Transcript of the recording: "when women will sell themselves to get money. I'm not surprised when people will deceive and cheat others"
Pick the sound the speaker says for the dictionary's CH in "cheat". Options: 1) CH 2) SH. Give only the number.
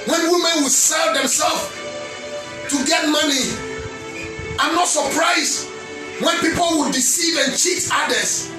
1